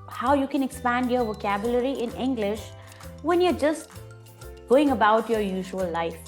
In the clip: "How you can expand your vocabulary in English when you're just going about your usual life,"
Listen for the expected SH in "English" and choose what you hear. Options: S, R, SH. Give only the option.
SH